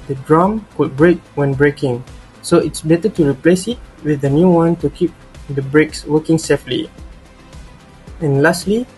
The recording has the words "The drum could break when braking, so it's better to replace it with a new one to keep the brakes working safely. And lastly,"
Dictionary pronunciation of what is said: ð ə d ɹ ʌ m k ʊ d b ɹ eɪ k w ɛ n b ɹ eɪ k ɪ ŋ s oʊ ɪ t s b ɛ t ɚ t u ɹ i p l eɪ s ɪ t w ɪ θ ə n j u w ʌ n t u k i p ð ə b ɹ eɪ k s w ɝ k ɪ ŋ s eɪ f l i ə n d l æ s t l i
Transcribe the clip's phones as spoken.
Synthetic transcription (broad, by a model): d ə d ɹ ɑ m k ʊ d b ɹ eɪ k w ɛ n b ɹ eɪ k ɪ ŋ s oʊ ɪ t s b ɛ t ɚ t u ɹ i p l eɪ s ɪ t w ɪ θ ə n j u w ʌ n t u k i p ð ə b ɹ eɪ k s w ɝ k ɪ ŋ s eɪ f l i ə n l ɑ s t l i